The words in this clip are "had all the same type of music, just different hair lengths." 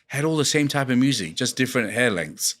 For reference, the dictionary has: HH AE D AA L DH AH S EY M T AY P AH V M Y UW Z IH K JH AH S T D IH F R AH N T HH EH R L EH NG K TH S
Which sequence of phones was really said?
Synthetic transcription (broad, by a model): HH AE D AA L DH AH S EY M T AY P AH V M Y UW Z IH K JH AH S D IH F R AH N T HH EH L EH NG K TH S